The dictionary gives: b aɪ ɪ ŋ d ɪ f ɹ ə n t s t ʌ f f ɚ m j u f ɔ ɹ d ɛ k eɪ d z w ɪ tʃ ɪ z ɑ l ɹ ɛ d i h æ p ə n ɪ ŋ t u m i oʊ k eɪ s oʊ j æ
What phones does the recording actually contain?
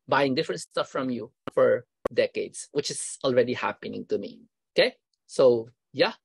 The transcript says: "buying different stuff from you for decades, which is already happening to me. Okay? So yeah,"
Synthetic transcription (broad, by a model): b aɪ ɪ ŋ d ɪ f ɹ ə n t s t ʌ f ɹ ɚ m j u f ɔ ɹ d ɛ k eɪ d s w ɪ tʃ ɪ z ɑ l ɹ ɛ d i h æ p ə n ɪ ŋ t u m i oʊ k eɪ s oʊ j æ